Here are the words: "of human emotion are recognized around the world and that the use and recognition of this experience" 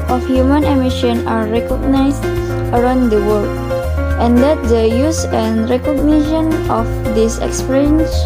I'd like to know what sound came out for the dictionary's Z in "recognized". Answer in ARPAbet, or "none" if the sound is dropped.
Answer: S